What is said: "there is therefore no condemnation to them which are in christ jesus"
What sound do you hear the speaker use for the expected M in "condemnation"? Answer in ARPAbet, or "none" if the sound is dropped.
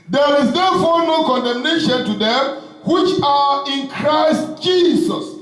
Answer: M